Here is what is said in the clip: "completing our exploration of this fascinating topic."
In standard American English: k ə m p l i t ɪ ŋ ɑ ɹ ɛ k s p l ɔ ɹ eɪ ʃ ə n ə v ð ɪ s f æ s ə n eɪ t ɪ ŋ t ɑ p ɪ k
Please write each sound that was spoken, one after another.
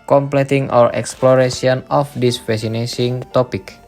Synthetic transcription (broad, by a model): k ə m p l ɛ t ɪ ŋ ɑ ɹ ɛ k s p l ɔ ɹ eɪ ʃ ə n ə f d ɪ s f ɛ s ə n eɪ s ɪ ŋ t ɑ p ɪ k